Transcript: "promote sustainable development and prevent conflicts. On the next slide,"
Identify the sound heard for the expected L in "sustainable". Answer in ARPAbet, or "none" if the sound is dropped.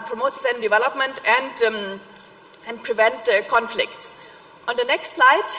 N